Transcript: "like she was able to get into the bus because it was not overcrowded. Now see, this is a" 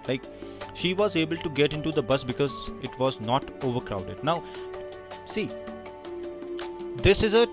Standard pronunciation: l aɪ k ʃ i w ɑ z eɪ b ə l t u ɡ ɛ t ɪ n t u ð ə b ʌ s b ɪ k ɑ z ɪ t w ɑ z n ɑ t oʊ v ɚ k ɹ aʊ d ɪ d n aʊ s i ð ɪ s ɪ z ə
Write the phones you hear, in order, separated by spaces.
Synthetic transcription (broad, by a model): l aɪ k ʃ i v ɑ z eɪ b ə l t u ɡ ɛ t ɪ n t u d ə b ʌ s b ɪ k ɑ z ɪ t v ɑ z n ɑ t oʊ v ɚ k ɹ aʊ d ɪ d n aʊ s i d ɪ s ɪ z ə